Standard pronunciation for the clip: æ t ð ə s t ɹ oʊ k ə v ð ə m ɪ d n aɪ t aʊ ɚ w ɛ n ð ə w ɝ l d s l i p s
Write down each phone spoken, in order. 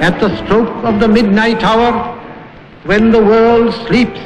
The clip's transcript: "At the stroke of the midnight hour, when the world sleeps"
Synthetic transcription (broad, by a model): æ t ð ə s t ɹ oʊ k ə v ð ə m ɪ d n aɪ t aʊ ɚ w ɛ n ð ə w ɝ l d s l i p s